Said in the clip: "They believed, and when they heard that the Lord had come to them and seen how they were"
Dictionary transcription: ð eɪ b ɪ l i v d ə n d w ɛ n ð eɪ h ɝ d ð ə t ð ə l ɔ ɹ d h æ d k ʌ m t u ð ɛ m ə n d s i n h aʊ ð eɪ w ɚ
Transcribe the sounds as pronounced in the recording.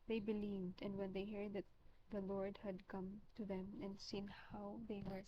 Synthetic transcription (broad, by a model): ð eɪ b ɪ l i v d ə n d w ɛ n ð eɪ h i d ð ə t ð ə l ɔ ɹ d h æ d k ʌ m t u ð ɛ m ə n d s i n h aʊ ð eɪ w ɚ